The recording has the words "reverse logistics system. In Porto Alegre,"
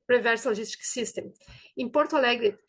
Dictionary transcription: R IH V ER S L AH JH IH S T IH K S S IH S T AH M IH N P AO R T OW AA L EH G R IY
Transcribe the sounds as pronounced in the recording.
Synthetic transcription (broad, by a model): R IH V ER S L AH ZH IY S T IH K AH S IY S T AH M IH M P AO R T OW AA L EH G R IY